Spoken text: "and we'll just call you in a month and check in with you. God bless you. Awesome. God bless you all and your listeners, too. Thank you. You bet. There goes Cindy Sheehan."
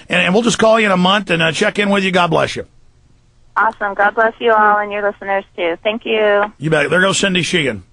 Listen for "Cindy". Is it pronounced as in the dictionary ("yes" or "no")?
yes